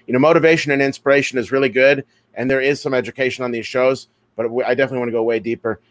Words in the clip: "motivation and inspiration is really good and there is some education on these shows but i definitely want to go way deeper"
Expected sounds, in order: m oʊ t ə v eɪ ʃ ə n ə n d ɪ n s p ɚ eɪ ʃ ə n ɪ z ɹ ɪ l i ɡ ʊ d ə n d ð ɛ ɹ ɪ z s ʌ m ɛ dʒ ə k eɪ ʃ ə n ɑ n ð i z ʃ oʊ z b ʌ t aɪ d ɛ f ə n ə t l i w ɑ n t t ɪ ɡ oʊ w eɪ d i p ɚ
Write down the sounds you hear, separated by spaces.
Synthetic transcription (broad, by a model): m oʊ t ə v eɪ ʃ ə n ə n ɪ n s p ɚ eɪ ʃ ə n ɪ z ɹ ɪ l i ɡ ʊ d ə n ð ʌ ɹ ɪ z s ʌ m ɛ dʒ ə k eɪ ʃ ə n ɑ n ð i z ʃ oʊ z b ʌ t aɪ d ɛ f ə n ə t l i w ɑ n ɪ ɡ oʊ w eɪ d i p ɚ